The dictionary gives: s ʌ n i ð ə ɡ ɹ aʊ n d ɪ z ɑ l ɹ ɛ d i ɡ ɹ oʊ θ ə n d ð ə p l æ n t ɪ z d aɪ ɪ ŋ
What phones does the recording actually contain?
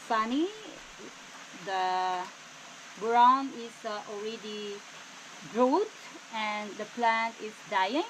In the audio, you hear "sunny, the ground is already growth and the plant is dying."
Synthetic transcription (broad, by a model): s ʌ n i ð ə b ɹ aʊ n ɪ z ɑ l ɹ ɛ d i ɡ ɹ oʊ t ə n d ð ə p l æ n t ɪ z d aɪ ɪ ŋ